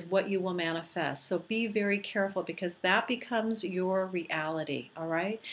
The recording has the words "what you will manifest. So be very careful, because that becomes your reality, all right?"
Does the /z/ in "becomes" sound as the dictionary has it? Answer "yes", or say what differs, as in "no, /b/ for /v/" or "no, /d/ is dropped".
yes